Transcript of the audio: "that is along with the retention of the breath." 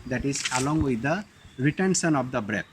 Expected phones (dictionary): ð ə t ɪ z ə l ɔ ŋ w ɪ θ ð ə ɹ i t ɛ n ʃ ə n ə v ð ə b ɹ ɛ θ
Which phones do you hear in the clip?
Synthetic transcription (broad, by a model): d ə t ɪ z ə l ɔ ŋ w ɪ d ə ɹ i t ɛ n s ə n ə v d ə b ɹ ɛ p